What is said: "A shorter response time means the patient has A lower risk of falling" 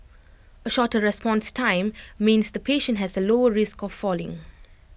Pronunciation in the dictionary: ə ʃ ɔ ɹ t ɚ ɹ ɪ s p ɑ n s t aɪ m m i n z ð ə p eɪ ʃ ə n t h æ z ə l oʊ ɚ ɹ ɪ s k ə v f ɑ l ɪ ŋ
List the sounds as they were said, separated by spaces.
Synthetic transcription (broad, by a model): ə ʃ ɔ t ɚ ɹ ɪ s p ɑ n s t aɪ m m i n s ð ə p eɪ ʃ ə n t h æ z ə l oʊ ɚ ɹ ɪ s k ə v f ɑ l ɪ ŋ